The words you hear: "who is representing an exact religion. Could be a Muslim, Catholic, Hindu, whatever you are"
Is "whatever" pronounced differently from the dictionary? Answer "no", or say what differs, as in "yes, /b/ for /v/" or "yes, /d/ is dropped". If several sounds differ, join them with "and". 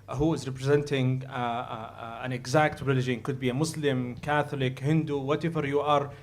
yes, /f/ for /v/